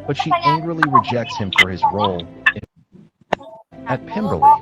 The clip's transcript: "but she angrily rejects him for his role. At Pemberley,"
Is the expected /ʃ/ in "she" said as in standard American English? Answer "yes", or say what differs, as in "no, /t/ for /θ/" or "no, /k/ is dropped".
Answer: yes